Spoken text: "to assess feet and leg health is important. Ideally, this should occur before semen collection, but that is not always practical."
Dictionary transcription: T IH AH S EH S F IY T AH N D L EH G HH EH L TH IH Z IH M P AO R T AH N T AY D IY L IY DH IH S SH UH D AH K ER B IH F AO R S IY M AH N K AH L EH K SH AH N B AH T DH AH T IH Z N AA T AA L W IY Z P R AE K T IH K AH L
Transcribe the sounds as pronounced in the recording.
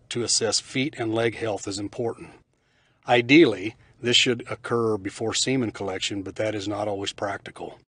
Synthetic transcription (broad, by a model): T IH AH S EH S F IY T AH N L EH G HH EH L TH IH Z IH M P AO R T N T AY D IY L IY DH IH S SH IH D AH K ER B IH F AO R S IY M AH N K AH L EH K SH AH N B AH T DH AH T IH Z N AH T AA L W IY Z P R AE K T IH K L